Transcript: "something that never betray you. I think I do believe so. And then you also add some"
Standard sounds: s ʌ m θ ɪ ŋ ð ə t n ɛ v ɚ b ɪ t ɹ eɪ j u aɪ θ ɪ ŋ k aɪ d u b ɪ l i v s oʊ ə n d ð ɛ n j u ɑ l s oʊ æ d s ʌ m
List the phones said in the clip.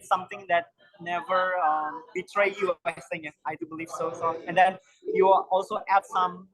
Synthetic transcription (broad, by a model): s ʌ m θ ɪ ŋ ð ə t n ɛ v ɚ b ɪ t ɹ eɪ j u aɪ s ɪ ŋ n aɪ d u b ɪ l i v s oʊ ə n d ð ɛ n j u ɑ l s oʊ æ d s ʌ m